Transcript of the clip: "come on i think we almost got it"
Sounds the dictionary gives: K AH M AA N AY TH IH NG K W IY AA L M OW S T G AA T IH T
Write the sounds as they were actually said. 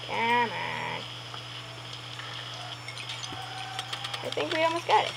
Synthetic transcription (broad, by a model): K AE M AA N AY TH IH NG K W IY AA L M OW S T G AA T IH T